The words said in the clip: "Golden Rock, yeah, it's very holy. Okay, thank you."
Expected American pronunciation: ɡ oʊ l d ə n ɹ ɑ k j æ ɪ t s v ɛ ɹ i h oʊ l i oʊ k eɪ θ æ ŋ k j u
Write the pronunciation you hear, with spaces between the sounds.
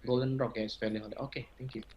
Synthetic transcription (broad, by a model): ɡ oʊ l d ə n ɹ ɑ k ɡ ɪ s f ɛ l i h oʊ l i oʊ k eɪ t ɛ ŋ k j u